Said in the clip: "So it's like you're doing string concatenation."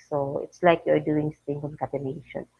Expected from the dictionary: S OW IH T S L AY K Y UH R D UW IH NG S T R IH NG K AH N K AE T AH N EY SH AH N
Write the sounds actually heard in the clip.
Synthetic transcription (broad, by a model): S OW IH T S L AY K Y UH R D UW IH NG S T IH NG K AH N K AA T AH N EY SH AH N